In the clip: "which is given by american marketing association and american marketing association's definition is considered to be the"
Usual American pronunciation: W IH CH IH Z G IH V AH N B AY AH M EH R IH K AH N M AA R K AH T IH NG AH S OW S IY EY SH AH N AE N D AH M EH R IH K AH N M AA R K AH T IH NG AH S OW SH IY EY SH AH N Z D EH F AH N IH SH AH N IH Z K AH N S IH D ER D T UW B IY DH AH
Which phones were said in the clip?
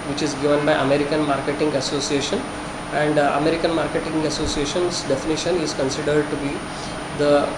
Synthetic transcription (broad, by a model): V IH CH IH Z G IH V AH N B AY AH M EH R IH K AH N M AA R K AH T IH NG AH S OW S IY EY SH AH N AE N D AH M EH R IH K AH N M AA R K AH T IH NG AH S OW S IY EY SH AH N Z D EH F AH N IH SH AH N IH Z K AH N S IH D ER D T UW B IY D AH